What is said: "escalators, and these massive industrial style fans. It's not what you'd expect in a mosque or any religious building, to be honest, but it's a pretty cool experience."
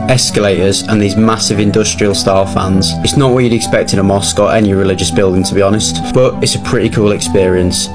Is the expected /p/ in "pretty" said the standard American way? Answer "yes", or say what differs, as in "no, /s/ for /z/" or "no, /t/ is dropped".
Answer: yes